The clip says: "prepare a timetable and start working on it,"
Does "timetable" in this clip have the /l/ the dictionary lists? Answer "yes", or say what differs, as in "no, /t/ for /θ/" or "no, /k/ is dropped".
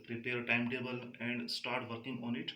yes